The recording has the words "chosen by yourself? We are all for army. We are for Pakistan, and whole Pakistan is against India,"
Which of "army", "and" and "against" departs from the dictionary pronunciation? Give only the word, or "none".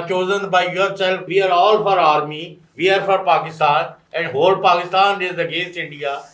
none